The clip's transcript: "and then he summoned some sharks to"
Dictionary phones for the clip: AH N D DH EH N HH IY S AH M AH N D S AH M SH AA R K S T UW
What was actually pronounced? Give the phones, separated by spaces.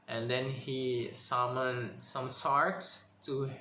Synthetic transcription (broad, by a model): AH N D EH N HH IY S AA M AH N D S AH M S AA R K S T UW